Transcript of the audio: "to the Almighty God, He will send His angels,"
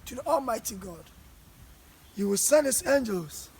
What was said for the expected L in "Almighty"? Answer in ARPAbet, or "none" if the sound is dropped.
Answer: L